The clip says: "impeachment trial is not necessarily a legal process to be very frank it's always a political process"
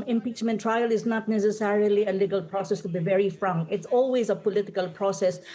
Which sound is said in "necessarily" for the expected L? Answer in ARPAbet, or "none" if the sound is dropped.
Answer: L